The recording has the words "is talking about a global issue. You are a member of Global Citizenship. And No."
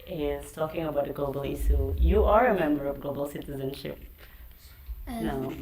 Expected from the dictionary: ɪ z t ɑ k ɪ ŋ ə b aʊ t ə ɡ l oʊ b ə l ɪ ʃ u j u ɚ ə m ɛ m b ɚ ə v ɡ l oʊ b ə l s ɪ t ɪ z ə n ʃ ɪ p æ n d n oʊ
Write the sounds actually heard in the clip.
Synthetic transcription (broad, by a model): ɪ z t ɑ k ɪ ŋ ə b aʊ t ə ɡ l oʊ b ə l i s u j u ɚ ə m ɛ m b ɚ ə v ɡ l oʊ b ə l s ɪ t ɪ z ə n ʃ ɪ p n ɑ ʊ